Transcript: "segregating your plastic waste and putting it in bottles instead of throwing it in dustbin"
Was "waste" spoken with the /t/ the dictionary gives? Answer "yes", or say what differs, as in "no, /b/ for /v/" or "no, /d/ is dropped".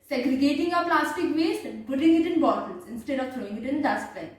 no, /t/ is dropped